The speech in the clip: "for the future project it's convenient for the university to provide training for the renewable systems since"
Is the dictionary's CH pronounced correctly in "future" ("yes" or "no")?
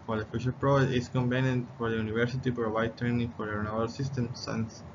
no